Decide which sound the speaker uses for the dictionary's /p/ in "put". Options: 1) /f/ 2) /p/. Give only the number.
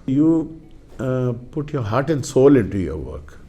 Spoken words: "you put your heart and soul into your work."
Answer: 2